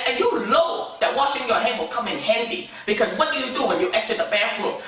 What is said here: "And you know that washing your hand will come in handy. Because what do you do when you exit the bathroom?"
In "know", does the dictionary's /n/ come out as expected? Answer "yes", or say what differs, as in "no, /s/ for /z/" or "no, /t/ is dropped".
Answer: no, /l/ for /n/